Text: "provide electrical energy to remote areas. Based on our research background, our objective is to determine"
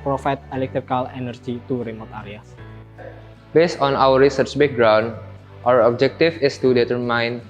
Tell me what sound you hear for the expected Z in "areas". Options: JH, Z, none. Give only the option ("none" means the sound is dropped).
none